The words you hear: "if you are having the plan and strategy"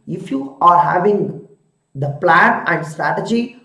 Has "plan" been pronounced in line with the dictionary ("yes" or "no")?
yes